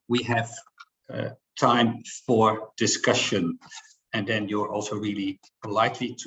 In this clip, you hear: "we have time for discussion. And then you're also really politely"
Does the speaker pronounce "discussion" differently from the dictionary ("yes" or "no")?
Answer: no